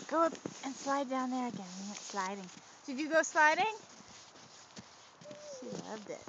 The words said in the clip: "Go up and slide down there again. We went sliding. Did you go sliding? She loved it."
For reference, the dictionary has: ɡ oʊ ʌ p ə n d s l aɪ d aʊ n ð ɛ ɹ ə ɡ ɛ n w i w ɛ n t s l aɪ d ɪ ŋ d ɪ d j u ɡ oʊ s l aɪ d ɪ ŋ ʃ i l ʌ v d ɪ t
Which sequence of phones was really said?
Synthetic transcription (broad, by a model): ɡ oʊ ʌ p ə n s l aɪ d aʊ n ð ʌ ɹ ə ɡ ɛ n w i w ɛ t s l aɪ d ɪ ŋ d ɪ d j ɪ ɡ oʊ s l aɪ d ɪ ŋ ʃ i l ʌ v d ɪ t